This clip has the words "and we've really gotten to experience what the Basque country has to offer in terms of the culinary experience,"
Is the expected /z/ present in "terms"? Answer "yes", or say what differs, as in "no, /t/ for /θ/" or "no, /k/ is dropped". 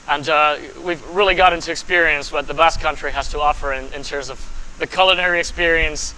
yes